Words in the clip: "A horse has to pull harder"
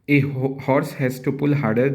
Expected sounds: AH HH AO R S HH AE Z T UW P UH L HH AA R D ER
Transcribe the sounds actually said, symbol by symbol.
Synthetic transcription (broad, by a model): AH HH AO R S HH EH S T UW P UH L HH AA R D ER